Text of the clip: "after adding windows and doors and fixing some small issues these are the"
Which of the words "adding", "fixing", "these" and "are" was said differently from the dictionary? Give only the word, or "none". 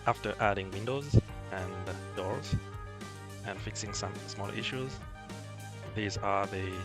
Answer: none